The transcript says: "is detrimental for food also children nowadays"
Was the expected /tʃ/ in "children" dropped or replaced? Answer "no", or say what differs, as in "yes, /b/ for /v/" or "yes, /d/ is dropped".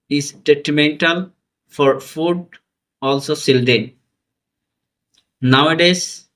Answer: yes, /s/ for /tʃ/